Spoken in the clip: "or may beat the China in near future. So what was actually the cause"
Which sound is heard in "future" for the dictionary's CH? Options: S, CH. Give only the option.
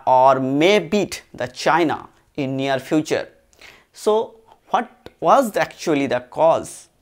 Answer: CH